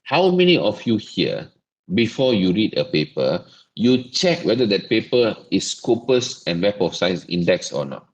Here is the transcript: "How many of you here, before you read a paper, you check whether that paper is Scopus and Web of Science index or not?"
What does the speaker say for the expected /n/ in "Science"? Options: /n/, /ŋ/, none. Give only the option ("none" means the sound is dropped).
none